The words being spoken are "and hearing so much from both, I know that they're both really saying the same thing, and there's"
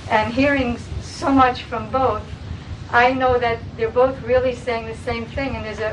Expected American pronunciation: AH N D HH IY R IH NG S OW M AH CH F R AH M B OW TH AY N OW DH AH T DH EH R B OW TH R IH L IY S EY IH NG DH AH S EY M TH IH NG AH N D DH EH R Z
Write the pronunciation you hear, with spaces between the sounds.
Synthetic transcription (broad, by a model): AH N HH IY R IH NG S OW M AH CH F R AH M B OW TH AY N OW DH AH T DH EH R B OW TH R IH L IY S EY IH NG DH AH S EY M TH IH NG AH N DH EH R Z